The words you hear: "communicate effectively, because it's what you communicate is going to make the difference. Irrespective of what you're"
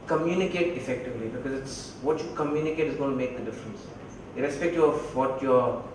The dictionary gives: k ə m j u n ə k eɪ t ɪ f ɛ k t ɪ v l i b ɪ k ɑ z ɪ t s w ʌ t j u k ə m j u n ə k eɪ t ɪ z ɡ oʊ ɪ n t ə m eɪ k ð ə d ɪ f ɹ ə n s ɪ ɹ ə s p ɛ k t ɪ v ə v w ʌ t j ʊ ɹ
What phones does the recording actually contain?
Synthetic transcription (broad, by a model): k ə m j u n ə k eɪ t ɪ f ɛ k t ɪ v l i b ɪ k ɑ z ɪ t s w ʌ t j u k ə m j u n ə k eɪ t ɪ z ɡ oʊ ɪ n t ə m eɪ k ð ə d ɪ f ɹ ə n s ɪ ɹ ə s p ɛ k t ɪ ə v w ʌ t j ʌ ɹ